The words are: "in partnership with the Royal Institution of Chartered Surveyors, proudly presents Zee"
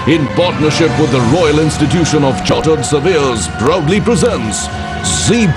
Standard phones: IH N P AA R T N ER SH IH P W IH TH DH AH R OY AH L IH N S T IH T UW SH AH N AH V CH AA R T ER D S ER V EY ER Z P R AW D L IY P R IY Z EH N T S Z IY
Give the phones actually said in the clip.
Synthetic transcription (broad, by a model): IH N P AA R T N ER SH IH P W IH DH AH R OY AH L IH N S T IH T UW SH AH N AH V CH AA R T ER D S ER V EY Z B R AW D L IY P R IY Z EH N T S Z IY